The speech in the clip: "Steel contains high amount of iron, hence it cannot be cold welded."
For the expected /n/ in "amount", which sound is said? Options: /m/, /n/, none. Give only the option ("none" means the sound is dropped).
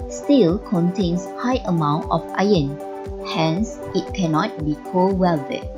/n/